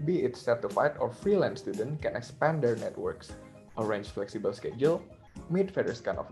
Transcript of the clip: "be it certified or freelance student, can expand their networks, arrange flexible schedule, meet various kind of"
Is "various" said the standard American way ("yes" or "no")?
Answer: no